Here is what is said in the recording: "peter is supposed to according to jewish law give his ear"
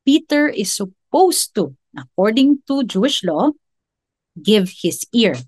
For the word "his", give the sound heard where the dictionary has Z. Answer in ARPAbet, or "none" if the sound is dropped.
S